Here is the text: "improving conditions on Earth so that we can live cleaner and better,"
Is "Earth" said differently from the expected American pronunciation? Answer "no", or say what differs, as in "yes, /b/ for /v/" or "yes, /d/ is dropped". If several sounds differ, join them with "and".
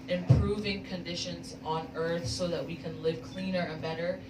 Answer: no